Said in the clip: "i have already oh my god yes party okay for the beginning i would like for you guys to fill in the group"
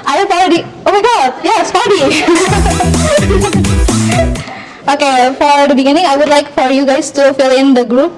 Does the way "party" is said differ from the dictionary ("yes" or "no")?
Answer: yes